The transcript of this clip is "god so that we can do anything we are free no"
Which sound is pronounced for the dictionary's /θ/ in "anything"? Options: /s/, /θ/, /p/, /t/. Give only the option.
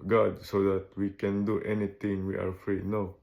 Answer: /t/